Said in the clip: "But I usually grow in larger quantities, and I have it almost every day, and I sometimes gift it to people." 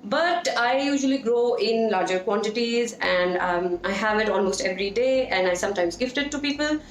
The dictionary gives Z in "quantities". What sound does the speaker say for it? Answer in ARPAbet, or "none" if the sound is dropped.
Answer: Z